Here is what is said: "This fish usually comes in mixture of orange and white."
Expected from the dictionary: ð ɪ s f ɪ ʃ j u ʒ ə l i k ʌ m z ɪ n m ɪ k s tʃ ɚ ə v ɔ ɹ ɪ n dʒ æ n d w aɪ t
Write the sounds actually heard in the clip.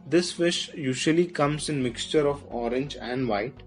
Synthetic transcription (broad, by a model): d ɪ s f ɪ ʃ j u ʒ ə l i k ʌ m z ɪ n m ɪ k s tʃ ɚ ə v ɔ ɹ ɪ n dʒ æ n d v aɪ t